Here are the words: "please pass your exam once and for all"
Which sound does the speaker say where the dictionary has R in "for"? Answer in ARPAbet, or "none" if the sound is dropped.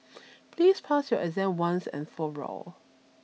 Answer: R